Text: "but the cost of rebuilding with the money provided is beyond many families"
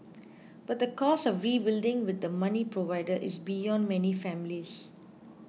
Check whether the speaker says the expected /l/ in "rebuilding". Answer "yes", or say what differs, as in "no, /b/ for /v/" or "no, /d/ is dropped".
yes